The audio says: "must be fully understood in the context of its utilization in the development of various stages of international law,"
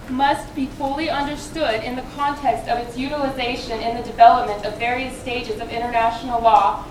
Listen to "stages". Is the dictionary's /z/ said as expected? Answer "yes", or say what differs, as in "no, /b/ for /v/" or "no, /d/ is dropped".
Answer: yes